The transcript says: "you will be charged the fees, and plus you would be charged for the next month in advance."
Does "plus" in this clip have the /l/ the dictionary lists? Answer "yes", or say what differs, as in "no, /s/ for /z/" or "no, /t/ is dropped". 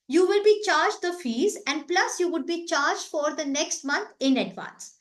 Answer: yes